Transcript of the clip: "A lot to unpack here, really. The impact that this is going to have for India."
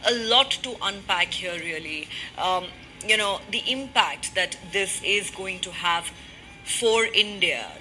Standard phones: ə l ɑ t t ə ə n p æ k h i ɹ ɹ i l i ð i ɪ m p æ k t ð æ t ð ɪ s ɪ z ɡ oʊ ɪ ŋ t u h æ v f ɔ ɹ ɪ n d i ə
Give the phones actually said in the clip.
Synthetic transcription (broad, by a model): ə l ɑ t t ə ə n p æ k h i ɹ l i n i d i ɪ m p æ k t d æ t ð ɪ s ɪ z ɡ oʊ ɪ ŋ t u h æ v f ɔ ɹ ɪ n d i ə